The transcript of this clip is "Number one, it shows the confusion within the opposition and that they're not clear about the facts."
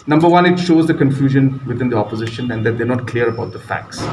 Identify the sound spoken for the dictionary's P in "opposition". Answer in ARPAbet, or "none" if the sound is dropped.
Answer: P